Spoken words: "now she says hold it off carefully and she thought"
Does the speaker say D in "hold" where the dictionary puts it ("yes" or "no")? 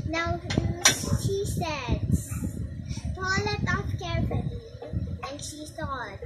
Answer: no